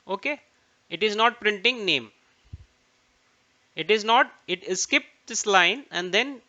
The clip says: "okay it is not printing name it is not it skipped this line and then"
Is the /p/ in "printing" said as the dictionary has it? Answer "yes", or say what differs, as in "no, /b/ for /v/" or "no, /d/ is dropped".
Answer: yes